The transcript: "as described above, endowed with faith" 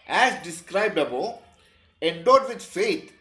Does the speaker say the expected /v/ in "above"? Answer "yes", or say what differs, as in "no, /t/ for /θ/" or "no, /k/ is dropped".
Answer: no, /v/ is dropped